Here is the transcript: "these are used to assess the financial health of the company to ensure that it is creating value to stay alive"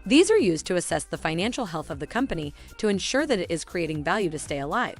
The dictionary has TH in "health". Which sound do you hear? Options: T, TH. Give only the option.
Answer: TH